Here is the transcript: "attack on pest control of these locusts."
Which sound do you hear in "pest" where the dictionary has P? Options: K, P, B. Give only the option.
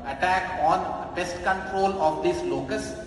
B